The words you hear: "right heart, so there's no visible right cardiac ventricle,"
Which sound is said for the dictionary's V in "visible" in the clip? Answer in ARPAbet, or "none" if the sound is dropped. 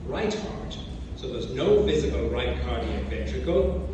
V